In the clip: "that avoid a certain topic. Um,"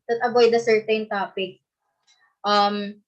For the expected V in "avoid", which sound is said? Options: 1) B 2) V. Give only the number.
1